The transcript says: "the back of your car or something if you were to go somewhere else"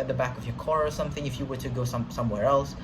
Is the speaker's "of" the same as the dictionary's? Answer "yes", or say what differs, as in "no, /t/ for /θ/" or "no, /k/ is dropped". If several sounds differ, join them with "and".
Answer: yes